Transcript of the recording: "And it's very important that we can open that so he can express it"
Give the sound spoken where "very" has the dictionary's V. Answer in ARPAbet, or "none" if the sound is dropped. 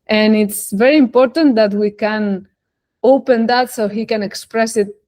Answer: V